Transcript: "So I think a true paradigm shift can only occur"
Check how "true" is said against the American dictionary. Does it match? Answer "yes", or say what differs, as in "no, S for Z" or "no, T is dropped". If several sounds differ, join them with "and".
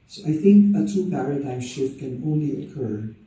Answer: no, R is dropped